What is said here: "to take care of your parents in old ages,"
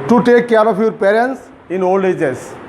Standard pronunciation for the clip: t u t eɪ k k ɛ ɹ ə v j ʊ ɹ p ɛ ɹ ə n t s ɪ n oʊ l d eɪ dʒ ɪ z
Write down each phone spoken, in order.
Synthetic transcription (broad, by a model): t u t eɪ k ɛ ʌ ɹ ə p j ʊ ɹ p ɛ ɹ ə n t s ɪ n oʊ l d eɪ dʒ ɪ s